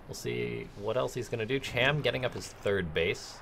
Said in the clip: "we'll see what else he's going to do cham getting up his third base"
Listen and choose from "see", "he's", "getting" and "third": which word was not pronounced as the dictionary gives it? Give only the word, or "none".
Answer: none